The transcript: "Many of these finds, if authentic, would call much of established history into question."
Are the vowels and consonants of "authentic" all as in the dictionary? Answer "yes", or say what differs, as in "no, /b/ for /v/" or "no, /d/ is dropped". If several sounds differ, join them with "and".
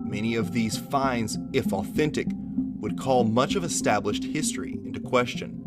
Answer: yes